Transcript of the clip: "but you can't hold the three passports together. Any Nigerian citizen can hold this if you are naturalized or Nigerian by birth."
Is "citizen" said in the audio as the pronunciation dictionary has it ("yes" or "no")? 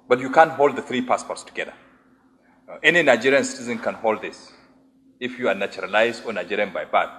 yes